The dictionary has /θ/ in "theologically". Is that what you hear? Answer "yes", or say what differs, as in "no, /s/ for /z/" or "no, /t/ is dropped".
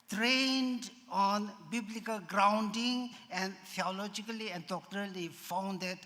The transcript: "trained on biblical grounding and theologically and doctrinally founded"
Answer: no, /t/ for /θ/